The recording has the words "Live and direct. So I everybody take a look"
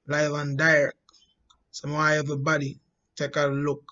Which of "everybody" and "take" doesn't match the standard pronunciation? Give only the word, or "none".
everybody